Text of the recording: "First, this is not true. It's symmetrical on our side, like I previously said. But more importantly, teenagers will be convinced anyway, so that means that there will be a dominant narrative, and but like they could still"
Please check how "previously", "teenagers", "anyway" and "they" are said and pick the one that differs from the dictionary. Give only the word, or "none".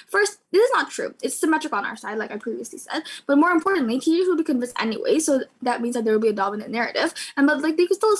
teenagers